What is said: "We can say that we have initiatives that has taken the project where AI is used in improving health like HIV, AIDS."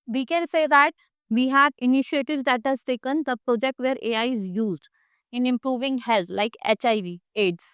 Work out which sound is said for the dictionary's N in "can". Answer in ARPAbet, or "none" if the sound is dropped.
L